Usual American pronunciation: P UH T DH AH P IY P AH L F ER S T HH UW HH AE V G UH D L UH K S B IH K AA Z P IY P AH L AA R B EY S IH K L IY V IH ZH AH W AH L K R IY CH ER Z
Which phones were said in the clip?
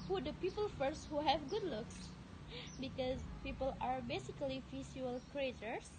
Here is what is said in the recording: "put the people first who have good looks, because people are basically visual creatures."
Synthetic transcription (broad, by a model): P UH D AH P IY P AH L F ER S T HH UW HH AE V G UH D L UH K S B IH K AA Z P IY P AH L AA R B EY S IH K L IY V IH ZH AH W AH L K R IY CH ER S